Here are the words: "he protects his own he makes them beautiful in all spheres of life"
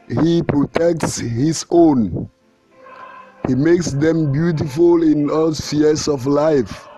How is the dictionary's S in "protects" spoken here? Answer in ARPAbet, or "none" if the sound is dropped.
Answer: S